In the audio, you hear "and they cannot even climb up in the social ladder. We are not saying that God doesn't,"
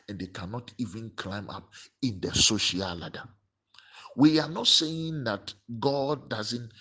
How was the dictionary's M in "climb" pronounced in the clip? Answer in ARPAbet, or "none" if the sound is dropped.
M